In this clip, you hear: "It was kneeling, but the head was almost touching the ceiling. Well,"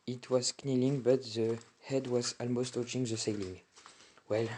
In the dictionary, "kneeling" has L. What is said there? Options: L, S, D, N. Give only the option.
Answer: L